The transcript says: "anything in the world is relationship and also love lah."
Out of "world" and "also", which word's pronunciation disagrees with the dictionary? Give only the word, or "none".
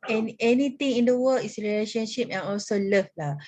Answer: world